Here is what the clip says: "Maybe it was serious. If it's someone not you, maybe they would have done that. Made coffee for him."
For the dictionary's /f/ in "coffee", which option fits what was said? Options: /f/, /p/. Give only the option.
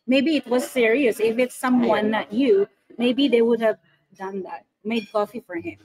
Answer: /f/